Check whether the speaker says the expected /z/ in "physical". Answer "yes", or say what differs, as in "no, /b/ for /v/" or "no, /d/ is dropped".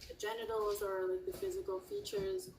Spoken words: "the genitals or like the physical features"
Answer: yes